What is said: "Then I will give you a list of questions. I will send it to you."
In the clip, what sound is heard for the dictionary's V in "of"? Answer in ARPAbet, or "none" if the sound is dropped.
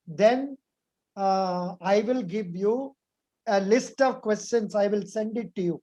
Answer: V